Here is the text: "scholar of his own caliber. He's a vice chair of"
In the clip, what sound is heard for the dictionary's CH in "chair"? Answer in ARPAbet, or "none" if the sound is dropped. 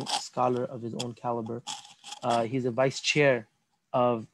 CH